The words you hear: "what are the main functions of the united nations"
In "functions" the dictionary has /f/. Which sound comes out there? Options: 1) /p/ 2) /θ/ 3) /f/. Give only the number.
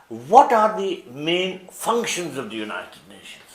3